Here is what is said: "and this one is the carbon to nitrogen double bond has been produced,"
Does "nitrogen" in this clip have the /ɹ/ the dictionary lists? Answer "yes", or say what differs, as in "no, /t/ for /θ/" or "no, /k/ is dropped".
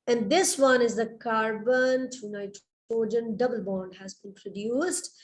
no, /ɹ/ is dropped